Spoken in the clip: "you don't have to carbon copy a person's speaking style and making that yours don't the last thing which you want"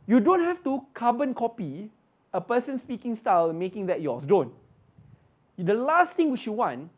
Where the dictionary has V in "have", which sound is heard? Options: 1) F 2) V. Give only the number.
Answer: 1